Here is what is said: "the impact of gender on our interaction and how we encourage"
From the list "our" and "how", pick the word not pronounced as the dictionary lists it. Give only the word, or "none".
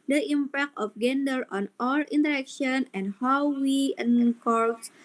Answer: our